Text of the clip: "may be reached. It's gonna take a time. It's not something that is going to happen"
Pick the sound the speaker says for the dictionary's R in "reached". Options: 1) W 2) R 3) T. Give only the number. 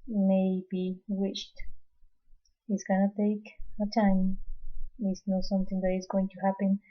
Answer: 1